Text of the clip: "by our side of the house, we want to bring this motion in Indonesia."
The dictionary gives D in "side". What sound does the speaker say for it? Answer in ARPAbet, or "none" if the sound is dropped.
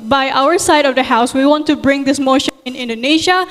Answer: D